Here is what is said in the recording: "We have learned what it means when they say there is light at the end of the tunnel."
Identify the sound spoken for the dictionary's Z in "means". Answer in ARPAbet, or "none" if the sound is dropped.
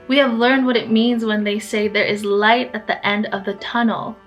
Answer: Z